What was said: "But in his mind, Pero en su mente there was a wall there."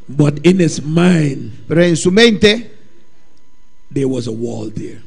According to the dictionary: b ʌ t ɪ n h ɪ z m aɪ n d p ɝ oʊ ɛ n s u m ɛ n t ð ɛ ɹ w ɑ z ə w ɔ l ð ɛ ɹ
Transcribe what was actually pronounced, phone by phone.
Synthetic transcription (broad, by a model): b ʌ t ɪ n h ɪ s m aɪ n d p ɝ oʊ ɛ n s u m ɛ n t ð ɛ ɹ w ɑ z ə w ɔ l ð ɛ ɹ